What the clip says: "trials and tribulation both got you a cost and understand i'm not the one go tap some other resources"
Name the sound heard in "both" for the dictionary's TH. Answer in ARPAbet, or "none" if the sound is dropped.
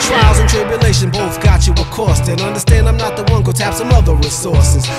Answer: TH